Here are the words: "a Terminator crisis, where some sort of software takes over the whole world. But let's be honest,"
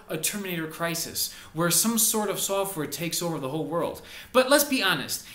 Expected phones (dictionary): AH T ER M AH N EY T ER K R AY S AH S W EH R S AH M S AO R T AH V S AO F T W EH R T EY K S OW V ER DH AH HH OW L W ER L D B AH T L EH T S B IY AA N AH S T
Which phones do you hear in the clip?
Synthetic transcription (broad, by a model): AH T ER M AH N EY T ER K R AY S AH S W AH R S AH M S AO R T AH V S AO F T W EH R T EY K S OW V ER DH AH HH OW L W ER L D B AH T L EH T S B IY AA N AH S T